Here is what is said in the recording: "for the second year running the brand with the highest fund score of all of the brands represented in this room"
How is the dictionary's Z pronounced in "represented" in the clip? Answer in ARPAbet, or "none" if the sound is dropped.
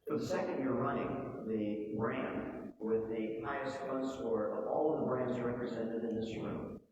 Z